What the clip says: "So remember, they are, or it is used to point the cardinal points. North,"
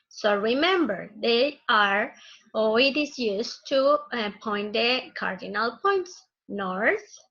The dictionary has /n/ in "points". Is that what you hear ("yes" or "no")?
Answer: yes